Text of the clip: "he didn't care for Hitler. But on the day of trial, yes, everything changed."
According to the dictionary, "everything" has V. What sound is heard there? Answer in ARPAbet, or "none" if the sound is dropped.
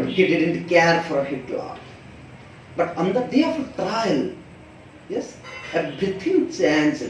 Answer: B